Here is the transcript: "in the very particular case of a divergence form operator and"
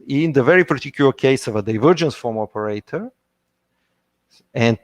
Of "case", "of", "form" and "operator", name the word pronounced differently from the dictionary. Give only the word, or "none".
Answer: none